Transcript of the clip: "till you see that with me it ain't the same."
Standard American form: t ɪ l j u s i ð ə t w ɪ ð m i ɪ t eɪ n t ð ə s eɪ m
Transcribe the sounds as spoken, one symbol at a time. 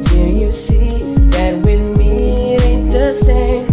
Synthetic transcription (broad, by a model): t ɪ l j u s i ð ə t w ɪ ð m i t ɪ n ð ə s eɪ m